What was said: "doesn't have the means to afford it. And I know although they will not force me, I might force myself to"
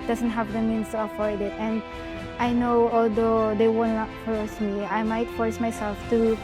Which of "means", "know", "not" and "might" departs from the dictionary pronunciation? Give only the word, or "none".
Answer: means